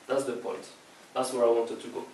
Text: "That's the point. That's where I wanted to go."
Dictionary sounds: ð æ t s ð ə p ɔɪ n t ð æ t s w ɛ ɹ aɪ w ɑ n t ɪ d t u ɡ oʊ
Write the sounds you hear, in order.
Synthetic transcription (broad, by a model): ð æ t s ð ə p ɔɪ n t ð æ t s w ɛ ɹ aɪ w ɑ n t ɪ d t u ɡ oʊ